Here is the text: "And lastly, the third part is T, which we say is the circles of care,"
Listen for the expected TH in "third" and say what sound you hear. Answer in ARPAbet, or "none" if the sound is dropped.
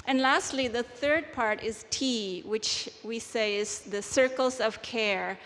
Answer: TH